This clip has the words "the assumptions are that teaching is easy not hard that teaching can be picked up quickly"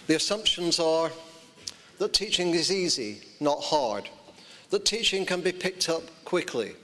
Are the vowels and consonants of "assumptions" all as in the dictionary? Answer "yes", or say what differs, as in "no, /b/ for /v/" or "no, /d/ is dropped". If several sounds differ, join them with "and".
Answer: yes